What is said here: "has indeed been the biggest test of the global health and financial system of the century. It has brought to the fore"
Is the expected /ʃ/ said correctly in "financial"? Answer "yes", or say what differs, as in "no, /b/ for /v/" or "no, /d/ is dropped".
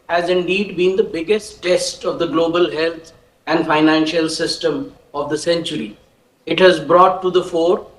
yes